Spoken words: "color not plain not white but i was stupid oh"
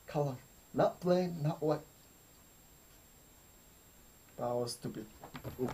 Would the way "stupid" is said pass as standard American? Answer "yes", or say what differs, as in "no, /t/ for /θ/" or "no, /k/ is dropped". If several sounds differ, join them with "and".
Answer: no, /b/ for /p/ and /d/ is dropped